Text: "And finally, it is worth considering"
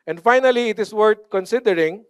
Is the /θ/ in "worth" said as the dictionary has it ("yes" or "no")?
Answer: no